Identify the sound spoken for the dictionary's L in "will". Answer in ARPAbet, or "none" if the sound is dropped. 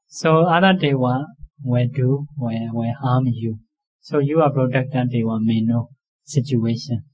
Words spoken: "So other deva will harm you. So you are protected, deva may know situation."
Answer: W